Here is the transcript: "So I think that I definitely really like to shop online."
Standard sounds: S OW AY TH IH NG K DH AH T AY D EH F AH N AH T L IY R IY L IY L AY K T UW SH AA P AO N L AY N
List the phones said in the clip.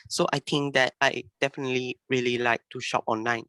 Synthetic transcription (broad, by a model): S OW AY T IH NG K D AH T AY D EH F AH N AH T L IY R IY L IY L AY K T UW SH AA P AO N L AY N